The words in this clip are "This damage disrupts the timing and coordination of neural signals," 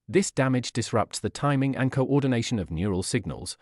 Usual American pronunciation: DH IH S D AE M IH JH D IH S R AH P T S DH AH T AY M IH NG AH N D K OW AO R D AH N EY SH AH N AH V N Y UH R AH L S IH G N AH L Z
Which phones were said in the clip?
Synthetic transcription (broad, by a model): DH IH S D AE M IH JH D IH S R AH P T S DH AH T AY M IH NG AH N K OW AO D N EY SH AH N AH V N Y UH R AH L S IH G N AH L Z